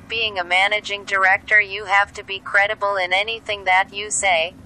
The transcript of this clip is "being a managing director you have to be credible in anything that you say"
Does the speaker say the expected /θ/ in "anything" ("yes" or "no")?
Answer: yes